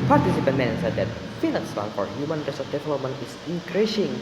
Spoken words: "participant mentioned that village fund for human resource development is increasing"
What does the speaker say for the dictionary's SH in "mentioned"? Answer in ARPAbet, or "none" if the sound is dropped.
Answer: S